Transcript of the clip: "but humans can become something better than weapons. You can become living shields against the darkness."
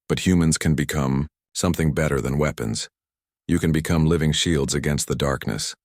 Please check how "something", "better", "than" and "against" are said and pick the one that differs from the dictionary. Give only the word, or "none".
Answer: none